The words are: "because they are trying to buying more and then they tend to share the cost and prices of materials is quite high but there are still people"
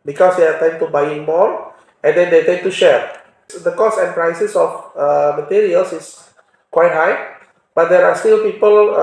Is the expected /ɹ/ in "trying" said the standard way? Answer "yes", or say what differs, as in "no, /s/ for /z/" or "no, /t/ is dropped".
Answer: no, /ɹ/ is dropped